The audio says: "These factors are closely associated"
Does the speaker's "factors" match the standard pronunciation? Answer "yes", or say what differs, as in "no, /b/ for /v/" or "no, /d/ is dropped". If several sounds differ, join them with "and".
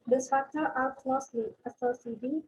no, /z/ is dropped